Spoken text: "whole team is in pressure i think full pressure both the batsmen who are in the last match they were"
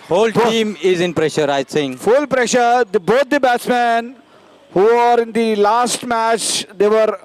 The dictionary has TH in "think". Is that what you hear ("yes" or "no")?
no